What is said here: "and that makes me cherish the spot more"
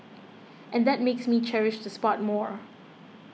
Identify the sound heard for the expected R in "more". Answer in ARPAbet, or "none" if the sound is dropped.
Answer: R